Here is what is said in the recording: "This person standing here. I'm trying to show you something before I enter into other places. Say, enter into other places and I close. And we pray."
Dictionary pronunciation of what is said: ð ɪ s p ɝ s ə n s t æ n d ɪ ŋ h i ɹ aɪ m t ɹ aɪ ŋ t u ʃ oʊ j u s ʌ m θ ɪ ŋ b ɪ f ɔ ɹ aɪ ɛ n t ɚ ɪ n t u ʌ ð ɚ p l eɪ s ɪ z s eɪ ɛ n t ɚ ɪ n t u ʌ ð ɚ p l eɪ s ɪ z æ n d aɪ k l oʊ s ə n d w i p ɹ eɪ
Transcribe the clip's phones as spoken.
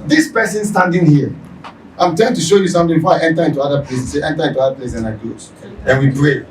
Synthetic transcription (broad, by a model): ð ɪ s p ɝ s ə n s t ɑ n d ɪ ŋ h i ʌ aɪ m t aɪ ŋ t u ʃ oʊ j u s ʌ m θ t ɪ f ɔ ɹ aɪ ɛ n t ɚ ɪ n t u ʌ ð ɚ p l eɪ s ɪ s eɪ ɛ n t ɚ ɪ n t u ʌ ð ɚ p l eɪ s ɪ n aɪ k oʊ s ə n w i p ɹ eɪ